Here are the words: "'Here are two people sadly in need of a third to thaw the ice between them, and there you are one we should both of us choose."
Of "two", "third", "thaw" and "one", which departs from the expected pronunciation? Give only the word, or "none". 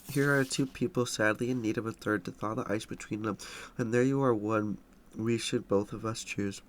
none